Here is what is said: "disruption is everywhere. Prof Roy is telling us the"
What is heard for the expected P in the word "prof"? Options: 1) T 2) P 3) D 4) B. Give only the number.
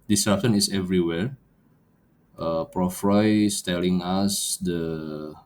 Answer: 2